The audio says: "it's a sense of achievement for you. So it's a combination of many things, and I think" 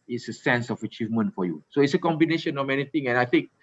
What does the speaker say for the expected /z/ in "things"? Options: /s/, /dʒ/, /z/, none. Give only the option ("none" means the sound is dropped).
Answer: none